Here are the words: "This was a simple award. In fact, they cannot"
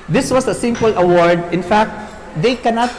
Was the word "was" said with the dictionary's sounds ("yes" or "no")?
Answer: no